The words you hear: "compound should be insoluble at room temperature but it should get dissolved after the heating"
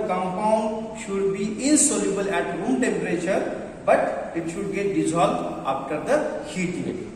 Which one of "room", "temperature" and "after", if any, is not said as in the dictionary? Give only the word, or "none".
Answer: after